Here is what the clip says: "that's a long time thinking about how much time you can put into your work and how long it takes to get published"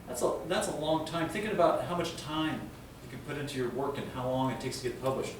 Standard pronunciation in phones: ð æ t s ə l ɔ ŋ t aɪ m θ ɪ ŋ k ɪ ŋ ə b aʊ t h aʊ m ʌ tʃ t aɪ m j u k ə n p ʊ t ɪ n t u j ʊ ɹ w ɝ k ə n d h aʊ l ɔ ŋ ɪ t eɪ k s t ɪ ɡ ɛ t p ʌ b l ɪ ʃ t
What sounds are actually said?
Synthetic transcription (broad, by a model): ð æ t s ə l ɔ ŋ t aɪ m θ ɪ ŋ k ɪ ŋ ə b aʊ t h aʊ m ʌ tʃ t aɪ m j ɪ k ə n p ʊ t ɪ n t u j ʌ ɹ w ɝ k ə n h aʊ l ɔ ŋ ɪ t eɪ k s t ɪ ɡ ɛ t p ʌ b l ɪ ʃ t